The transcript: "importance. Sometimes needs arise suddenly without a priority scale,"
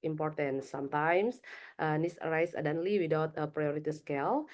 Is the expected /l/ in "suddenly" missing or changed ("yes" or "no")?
no